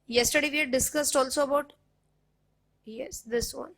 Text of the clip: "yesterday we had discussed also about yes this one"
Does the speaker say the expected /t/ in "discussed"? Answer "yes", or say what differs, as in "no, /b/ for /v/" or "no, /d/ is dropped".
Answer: yes